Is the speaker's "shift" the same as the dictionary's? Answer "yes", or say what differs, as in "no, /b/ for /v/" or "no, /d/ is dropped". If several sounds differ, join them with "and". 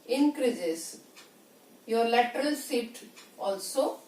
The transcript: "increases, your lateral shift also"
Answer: no, /s/ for /ʃ/ and /f/ is dropped